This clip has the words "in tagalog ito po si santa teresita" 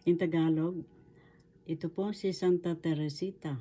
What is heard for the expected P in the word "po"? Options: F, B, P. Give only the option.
P